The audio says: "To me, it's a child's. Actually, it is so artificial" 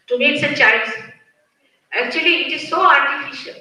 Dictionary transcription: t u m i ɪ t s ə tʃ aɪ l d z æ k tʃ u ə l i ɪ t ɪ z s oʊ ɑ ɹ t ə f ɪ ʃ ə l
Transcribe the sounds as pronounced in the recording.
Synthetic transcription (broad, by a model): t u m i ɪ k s ə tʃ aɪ d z æ k tʃ u ə l i ɪ t ɪ z s oʊ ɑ ɹ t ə f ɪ ʃ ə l